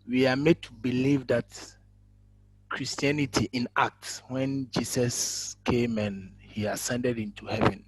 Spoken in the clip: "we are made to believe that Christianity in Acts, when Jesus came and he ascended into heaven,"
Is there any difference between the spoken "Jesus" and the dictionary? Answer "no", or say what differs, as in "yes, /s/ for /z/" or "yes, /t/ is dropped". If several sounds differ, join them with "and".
yes, /s/ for /z/